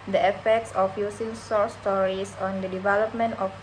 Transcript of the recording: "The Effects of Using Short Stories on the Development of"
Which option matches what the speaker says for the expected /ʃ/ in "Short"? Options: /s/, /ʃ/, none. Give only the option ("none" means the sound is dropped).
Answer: /s/